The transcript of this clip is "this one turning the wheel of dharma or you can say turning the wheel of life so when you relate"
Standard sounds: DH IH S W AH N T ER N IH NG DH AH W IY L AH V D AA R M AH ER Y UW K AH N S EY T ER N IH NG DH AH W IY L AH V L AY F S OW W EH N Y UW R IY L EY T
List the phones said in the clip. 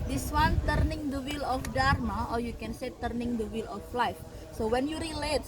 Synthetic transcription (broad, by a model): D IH S W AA N T ER N IH NG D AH W IY L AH F D AA R M AH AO Y UW K AH N S EY T ER N IH NG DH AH W IY L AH F L AY F S OW W EH N Y UW R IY L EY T